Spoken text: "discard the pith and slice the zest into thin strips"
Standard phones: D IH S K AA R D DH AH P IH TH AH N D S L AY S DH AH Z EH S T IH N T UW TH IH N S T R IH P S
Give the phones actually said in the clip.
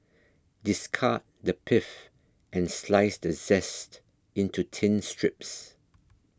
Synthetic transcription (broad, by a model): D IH S K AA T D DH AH P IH F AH N S L AY S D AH Z EH S T IH N T UW T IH N S T R IH P S